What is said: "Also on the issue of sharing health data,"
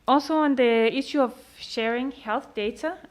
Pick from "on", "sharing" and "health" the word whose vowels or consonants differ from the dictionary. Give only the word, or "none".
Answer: none